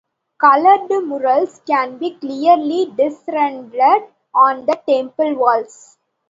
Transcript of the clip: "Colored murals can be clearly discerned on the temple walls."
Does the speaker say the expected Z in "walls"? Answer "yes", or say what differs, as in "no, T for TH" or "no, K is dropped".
no, S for Z